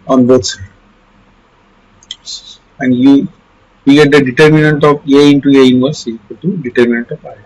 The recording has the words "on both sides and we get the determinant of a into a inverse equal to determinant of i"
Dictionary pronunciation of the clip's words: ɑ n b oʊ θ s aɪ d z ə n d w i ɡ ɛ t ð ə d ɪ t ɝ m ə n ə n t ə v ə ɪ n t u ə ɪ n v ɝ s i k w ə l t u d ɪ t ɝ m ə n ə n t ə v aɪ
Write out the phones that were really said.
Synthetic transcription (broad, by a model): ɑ n b oʊ t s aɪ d ə n d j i ɡ ɛ t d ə d ɪ t ɝ m ə n ə n t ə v ə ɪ n t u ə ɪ n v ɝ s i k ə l t u d ɪ t ɝ m ə n ə n t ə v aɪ